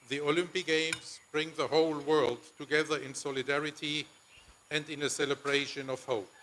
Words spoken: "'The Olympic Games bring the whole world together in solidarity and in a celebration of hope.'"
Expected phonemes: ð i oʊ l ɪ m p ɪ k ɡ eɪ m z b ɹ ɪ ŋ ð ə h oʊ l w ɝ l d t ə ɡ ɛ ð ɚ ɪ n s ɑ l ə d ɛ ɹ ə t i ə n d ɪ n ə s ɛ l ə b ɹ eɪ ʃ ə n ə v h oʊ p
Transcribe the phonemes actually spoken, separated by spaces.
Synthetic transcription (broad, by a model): ð i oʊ l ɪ m p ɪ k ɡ eɪ m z b ɹ ɪ ŋ ð ə h oʊ l w ɝ l d t ə ɡ ɛ ð ɚ ɪ n s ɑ l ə d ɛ ɹ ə t i ə n d ɪ n ə s ɛ l ə b ɹ eɪ ʃ ə n ə v h oʊ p